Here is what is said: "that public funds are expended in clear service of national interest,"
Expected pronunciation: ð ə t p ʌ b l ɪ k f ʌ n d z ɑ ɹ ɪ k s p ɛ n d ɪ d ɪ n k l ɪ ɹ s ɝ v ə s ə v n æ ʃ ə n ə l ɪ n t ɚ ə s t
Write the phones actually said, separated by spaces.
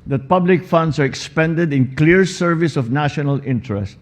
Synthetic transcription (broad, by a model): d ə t p ʌ b l ɪ k f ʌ n d s ɑ ɹ ɪ k s p ɛ n d ɪ d ɪ n k l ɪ ɹ s ɝ v ə s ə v n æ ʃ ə n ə l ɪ n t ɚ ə s t